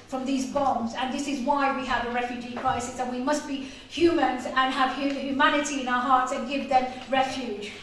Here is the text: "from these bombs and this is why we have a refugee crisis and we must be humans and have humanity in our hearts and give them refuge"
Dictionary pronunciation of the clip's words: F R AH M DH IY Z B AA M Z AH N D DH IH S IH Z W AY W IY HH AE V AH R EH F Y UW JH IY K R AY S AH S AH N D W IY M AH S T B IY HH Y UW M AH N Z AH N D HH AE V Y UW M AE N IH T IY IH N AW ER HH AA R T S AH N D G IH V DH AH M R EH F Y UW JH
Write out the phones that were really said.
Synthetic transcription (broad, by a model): F R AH M DH IY Z B AA M Z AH N DH IH S IH Z W AY W IY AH V AH R EH F Y UW JH IY K R AY S AH S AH N W IY M AH S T B IY HH Y UW M AH N Z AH N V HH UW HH Y UW M AE N IH T IY IH N AW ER HH AA R T S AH N G IH V DH AH M R EH F Y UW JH